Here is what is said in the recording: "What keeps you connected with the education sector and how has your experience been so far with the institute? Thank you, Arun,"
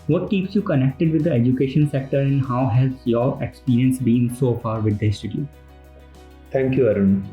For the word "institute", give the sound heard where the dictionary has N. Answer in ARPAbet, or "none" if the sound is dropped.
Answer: none